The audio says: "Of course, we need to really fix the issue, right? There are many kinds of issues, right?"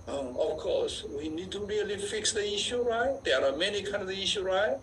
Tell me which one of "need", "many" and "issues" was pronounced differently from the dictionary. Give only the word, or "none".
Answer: issues